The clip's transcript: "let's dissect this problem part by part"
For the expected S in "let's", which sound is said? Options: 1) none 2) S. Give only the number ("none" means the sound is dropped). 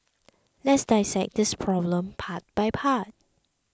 2